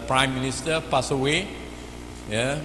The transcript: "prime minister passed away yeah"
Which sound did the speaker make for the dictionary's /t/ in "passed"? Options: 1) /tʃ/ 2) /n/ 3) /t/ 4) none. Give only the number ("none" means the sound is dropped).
4